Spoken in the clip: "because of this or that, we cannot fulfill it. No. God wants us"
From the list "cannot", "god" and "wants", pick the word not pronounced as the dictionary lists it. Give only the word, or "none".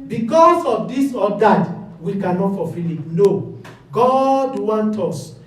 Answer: wants